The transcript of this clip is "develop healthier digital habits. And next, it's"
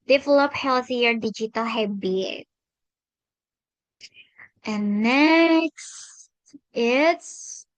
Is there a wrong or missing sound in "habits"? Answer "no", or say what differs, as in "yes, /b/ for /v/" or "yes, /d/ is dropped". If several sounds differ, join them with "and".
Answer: yes, /s/ is dropped